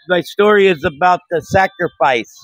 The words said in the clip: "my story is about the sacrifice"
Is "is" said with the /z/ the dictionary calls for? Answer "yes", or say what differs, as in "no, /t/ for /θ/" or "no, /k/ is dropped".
yes